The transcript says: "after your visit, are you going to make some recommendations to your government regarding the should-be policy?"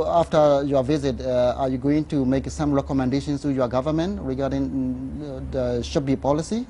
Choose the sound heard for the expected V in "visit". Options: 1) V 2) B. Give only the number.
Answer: 1